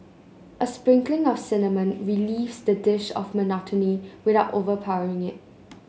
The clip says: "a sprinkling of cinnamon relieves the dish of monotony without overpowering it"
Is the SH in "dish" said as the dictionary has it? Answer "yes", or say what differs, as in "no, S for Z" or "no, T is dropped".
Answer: yes